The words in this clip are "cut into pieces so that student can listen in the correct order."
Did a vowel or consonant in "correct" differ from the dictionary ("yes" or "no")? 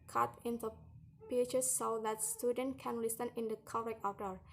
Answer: yes